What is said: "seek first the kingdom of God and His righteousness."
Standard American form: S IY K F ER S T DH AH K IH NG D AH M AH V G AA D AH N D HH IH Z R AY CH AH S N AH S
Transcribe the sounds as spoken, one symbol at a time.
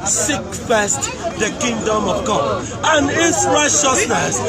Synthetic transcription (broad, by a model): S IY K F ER S T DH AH K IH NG D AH M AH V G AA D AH N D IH S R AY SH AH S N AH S